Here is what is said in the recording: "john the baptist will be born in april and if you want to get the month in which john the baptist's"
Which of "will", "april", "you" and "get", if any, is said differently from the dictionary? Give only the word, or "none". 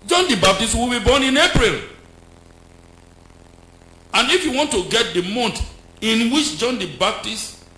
none